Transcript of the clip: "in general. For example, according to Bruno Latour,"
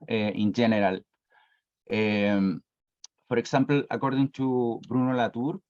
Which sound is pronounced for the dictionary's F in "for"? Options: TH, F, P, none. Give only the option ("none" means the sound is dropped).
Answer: P